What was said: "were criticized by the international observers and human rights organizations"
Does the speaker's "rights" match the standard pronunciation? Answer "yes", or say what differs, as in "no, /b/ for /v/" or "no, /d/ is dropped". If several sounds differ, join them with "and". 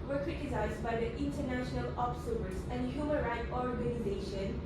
no, /s/ is dropped